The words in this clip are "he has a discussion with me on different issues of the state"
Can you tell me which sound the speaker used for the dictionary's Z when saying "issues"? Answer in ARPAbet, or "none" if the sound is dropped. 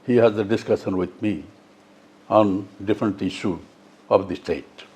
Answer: none